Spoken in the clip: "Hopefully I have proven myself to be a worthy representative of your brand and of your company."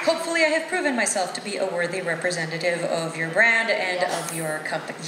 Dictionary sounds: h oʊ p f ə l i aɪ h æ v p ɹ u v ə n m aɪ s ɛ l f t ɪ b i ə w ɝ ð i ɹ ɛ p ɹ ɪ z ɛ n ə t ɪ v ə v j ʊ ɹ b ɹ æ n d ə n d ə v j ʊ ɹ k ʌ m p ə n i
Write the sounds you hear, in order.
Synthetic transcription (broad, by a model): h oʊ p f l i aɪ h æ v p ɹ u v ə n m aɪ s ɛ l f t ɪ b i ə w ɝ ð i ɹ ɛ p ɹ ɪ z ɛ n ə t ɪ v ə v j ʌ ɹ b ɹ æ n d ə n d ə v j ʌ ɹ k ʌ m p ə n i